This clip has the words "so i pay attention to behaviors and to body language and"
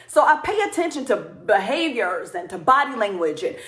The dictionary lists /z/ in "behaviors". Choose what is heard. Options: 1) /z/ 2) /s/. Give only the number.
1